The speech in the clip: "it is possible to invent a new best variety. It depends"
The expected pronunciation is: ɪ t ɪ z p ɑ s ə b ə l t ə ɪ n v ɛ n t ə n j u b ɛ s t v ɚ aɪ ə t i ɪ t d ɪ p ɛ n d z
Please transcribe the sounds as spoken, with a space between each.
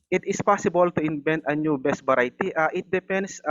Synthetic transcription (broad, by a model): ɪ t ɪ s p ɑ s ə b ə l t ə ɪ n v ɛ n t ə n j u b ɛ s t b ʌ aɪ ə t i ɪ t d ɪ p ɛ n d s